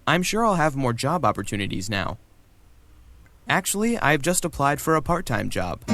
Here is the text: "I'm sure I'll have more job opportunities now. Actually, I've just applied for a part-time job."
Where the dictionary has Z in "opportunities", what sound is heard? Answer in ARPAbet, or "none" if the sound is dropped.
Z